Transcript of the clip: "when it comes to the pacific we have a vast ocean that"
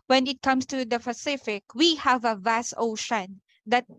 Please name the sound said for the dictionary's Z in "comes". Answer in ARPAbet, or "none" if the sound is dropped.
S